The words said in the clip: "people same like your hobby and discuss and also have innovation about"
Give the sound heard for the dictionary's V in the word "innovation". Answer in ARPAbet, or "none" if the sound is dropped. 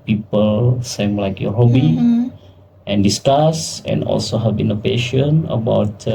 P